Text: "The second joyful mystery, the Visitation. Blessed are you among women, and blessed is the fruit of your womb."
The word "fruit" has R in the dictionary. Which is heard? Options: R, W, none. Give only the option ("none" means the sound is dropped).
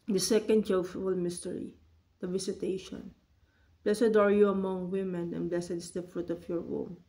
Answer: R